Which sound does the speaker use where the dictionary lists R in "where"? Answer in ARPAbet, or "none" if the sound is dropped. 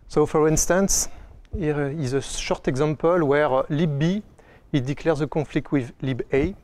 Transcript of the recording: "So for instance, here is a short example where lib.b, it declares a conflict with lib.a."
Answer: R